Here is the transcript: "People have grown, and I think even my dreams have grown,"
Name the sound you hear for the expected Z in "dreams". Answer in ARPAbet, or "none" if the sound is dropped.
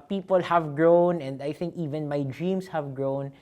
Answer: S